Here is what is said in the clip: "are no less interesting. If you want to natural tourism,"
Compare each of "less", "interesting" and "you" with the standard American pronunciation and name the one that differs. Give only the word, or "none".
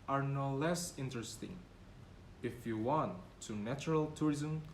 none